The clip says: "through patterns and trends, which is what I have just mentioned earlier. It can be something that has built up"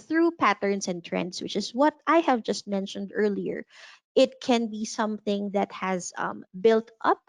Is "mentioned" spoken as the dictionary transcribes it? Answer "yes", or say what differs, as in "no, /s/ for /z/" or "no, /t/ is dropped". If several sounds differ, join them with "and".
yes